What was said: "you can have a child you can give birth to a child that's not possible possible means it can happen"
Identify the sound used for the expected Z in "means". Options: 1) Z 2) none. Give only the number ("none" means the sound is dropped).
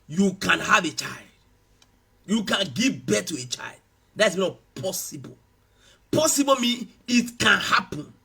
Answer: 2